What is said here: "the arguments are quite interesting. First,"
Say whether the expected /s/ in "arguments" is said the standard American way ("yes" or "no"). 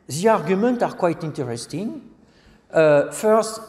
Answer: no